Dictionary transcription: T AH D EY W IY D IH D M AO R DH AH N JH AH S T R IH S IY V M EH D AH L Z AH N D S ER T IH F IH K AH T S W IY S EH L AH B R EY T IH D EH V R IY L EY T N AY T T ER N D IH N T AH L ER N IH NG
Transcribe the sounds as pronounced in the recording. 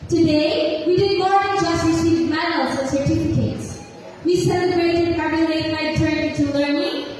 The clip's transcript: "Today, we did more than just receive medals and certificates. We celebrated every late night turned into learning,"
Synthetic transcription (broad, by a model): T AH D EY W IY D IH D M AO R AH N JH AH S T R IH S IY V M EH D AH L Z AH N S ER T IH F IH K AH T S W IY S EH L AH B R EY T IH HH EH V IY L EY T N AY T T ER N IH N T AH L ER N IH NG